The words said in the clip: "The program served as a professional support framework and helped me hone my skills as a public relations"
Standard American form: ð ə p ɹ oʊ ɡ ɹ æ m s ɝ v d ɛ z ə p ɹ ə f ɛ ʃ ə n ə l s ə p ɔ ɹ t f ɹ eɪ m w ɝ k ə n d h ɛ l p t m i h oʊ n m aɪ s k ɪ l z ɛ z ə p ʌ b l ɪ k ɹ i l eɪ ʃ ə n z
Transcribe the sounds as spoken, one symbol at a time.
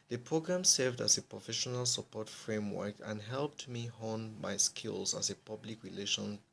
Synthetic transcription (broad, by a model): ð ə p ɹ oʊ ɡ ɹ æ m s ɝ v d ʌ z ə p ɹ ə f ɛ ʃ ə n ə l s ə p ɔ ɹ t f ɹ eɪ m w ɝ k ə n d h ɛ l p t m i h oʊ n m aɪ s k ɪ l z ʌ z ə p ʌ b l ɪ k ɹ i l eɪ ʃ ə n